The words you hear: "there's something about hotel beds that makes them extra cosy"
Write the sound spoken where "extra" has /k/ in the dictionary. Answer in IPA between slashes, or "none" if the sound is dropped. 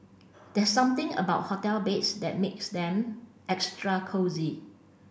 /k/